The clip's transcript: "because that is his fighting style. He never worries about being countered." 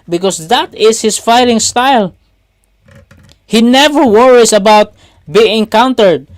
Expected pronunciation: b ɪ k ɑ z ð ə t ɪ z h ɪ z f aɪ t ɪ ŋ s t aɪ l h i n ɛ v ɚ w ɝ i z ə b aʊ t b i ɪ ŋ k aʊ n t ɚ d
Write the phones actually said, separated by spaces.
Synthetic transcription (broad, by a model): b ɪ k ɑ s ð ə t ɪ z h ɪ s f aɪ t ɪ ŋ s t aɪ l h i n ɛ v ɚ w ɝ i s ə b aʊ t b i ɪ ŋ k aʊ n t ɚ d